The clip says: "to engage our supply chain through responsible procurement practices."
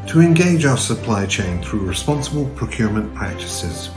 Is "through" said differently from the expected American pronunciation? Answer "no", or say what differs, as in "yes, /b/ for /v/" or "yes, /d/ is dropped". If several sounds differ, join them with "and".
no